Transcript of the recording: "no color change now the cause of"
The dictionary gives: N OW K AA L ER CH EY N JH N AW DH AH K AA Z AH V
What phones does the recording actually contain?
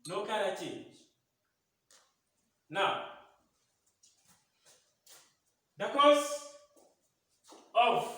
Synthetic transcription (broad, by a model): N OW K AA N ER CH EY N JH N AW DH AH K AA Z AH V